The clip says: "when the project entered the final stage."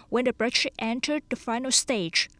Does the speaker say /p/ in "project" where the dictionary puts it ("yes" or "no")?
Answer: no